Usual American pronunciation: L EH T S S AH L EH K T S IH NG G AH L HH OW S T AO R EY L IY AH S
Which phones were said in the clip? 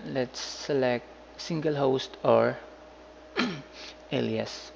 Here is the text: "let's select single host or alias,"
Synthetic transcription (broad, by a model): L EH T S S AH L EH K T S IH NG G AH L HH OW S T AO R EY L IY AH S